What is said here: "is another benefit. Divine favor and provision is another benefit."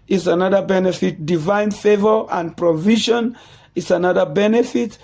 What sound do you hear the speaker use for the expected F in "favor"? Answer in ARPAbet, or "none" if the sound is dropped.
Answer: F